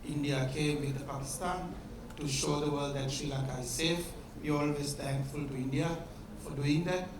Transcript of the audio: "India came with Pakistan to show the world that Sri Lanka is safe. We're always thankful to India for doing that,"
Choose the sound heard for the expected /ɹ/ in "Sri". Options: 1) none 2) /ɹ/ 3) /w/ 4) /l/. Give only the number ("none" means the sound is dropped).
4